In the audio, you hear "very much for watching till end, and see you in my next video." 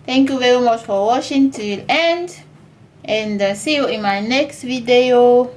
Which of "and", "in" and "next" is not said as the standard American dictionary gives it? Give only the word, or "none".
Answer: none